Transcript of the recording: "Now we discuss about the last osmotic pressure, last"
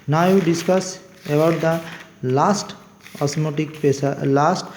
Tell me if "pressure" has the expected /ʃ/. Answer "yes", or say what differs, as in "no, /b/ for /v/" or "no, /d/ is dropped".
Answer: no, /s/ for /ʃ/